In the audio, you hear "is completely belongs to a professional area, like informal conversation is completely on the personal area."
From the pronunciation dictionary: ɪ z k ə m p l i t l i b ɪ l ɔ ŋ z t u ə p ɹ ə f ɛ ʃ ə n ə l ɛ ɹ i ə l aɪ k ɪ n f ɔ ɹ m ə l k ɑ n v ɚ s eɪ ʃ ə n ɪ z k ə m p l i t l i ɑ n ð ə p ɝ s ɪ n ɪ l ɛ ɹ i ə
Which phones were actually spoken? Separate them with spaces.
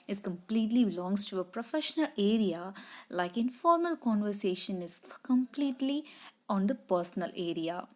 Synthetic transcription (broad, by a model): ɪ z k ə m p l i t l i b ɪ l ɔ ŋ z t u ə p ɹ ə f ɛ ʃ ə n ə l ɛ ɹ i ə l aɪ k ɪ n f ɔ ɹ m ə l k ɑ n v ɚ s eɪ ʃ ə n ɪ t k ə m p l i t l i ɑ n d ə p ɝ s ɪ n ɪ l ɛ ɹ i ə